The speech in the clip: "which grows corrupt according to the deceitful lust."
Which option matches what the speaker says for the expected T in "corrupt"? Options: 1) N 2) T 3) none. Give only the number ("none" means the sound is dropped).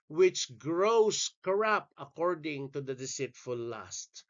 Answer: 3